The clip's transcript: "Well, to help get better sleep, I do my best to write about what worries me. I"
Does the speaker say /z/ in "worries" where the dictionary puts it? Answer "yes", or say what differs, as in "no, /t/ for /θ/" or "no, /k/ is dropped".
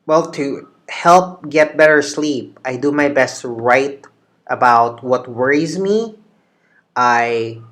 yes